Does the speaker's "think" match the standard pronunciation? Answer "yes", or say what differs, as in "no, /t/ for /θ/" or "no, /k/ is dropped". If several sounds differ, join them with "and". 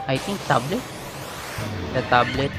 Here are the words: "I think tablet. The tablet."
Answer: no, /t/ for /θ/